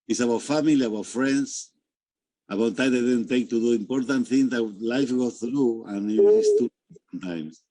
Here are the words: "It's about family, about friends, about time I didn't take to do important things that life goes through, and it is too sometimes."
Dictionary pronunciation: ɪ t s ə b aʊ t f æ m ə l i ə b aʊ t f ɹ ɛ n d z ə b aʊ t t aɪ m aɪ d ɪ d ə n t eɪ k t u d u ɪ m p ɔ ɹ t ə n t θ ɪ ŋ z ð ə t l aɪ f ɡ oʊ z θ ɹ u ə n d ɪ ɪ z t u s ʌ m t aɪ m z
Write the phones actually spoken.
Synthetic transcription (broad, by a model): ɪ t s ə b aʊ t f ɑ m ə l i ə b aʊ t f ɹ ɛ n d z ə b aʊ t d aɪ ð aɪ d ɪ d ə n t eɪ k t u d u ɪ m p ɔ ɹ t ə n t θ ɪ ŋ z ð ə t l aɪ f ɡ oʊ θ ɹ u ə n ɪ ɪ s t u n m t aɪ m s